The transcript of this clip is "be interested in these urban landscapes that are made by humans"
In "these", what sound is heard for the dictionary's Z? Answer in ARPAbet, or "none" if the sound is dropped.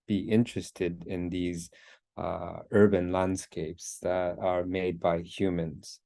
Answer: Z